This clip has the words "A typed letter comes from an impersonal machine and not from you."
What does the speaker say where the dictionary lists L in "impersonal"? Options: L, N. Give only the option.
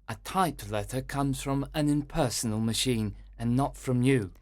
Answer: L